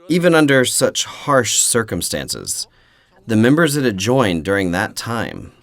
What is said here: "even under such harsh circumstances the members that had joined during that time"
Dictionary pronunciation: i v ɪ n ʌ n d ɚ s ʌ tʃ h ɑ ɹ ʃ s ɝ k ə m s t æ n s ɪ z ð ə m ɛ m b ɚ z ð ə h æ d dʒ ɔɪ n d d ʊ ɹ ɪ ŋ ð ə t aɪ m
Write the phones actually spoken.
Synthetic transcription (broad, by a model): i v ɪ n ʌ n d ɚ s ʌ tʃ h ɑ ɹ ʃ s ɝ k ə m s t æ n s ɪ z ð ə m ɛ m b ɚ z ð ə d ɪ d dʒ ɔɪ n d d ʊ ɹ ɪ ŋ ð ə t aɪ m